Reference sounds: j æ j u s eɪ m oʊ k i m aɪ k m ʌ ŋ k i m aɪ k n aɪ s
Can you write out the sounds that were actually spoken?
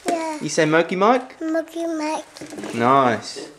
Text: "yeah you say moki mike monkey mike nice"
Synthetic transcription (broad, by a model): j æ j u s eɪ m oʊ k i m aɪ k m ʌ k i m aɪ k n aɪ s